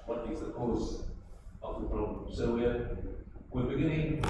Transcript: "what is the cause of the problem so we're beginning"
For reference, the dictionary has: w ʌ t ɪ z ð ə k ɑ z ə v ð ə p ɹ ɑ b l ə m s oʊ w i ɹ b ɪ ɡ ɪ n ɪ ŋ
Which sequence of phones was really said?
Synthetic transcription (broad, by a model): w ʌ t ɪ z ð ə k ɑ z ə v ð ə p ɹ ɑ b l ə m s oʊ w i w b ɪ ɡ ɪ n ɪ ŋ